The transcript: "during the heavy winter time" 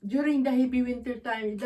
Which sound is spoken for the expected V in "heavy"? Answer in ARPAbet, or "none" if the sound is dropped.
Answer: B